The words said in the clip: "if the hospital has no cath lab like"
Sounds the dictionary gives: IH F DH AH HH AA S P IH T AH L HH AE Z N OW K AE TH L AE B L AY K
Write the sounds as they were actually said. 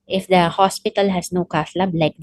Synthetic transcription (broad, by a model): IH F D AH HH AA S P IH T AH L HH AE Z N OW K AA S L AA B L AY K